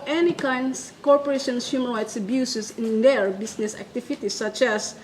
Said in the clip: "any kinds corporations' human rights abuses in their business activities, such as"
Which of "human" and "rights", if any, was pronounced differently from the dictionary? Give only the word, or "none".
human